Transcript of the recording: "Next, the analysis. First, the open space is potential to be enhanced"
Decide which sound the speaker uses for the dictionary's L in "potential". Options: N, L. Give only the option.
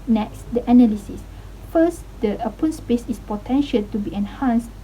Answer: L